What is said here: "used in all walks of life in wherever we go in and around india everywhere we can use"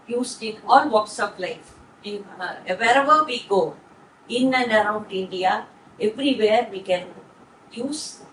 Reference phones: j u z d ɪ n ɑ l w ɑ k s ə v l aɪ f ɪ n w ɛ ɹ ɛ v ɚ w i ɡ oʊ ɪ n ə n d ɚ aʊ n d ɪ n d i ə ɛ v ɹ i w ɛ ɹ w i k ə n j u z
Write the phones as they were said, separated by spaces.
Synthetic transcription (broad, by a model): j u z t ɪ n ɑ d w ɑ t s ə p l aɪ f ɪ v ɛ ɹ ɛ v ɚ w i ɡ oʊ ɪ n ə n d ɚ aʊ n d ɪ n d i ə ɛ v ɹ i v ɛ ɹ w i k ə n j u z